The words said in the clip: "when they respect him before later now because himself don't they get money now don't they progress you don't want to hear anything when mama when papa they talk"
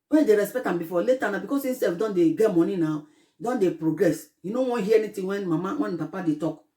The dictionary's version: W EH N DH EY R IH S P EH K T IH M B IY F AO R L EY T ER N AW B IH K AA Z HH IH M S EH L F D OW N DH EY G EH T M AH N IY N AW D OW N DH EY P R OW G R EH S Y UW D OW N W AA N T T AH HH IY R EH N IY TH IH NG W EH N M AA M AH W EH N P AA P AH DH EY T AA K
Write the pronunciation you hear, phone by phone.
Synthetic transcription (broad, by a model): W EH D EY R IH S P EH K T IH M B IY F AO L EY T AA N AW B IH K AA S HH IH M S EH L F D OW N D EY G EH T M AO N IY N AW D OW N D EY P R OW G R EH S Y UW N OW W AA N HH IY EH N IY T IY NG W EH N M AA M AH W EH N P AA P AH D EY T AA K